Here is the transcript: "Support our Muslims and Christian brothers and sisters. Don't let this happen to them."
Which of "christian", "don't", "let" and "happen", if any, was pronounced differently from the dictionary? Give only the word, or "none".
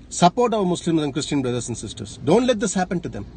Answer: none